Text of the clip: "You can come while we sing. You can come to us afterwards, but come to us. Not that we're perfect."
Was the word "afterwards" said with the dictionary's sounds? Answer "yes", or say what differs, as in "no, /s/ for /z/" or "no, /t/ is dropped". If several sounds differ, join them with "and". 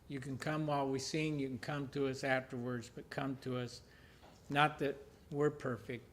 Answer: yes